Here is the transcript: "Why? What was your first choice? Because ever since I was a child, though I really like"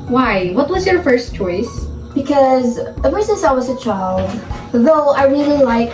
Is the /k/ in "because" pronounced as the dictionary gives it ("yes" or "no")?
yes